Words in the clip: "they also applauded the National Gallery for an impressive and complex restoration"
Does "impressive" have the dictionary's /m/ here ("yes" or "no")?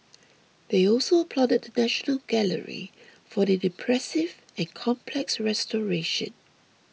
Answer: no